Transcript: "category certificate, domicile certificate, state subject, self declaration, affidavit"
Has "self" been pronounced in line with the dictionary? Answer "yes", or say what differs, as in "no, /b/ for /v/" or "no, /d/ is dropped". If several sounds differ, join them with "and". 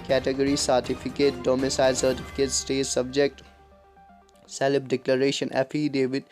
no, /p/ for /f/